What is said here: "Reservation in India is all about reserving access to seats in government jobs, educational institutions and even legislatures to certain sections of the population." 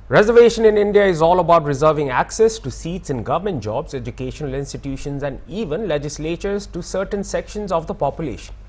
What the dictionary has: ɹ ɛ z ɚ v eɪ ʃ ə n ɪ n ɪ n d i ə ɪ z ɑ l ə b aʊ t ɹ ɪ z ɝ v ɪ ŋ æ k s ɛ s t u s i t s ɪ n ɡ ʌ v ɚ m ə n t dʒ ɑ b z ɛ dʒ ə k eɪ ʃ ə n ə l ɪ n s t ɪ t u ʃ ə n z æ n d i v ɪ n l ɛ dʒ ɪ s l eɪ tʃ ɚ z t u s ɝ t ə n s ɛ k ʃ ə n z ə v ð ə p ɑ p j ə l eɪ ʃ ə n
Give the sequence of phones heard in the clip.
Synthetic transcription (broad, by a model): ɹ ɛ z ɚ v eɪ ʃ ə n ɪ n ɪ n d i ə ɪ z ɑ l ə b aʊ t ɹ ɪ z ɝ v ɪ ŋ æ k s ɛ s t u s i t s ɪ n ɡ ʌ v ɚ m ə n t dʒ ɑ b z ɛ dʒ ə k eɪ ʃ ə n ə l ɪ n s t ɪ t u ʃ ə n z æ n d i v ɪ n l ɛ dʒ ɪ s l eɪ tʃ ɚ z t u s ɝ t ə n s ɛ k ʃ ə n z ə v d ə p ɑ p j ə l eɪ ʃ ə n